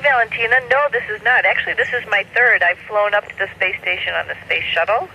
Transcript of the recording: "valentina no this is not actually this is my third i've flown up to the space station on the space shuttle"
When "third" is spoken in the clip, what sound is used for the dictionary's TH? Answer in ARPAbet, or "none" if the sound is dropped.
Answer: TH